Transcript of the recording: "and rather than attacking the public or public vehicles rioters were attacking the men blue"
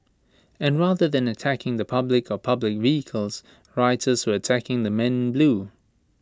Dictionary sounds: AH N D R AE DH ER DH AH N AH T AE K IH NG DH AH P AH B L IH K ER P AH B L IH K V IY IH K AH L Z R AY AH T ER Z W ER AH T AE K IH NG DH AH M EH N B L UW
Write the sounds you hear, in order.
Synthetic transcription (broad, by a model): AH N R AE DH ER DH AH N AH T AE K IH NG DH AH P AH B L IH K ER P AH B L IH K V IY IH K AH L Z R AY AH T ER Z W ER AH T AE K IH NG DH AH M EH N B L UW